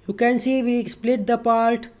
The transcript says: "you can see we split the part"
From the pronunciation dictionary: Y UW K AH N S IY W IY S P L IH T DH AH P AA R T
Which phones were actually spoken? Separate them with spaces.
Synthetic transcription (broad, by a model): Y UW K AH N S IY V IY S P L IH T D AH P AA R T